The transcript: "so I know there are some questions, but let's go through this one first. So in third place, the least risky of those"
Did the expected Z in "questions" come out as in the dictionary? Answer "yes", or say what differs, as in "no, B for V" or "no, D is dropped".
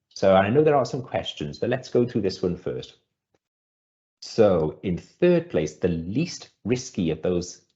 yes